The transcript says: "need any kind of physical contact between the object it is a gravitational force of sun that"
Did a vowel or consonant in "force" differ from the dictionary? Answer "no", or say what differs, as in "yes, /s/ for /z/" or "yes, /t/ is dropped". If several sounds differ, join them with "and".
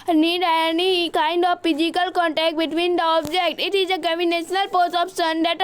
yes, /p/ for /f/